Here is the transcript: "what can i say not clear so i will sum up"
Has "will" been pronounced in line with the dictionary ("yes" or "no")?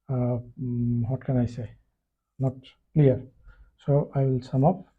yes